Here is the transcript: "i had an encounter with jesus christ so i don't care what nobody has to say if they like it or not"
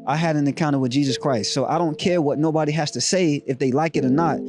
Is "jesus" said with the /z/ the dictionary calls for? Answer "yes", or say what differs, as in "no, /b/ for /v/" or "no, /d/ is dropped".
yes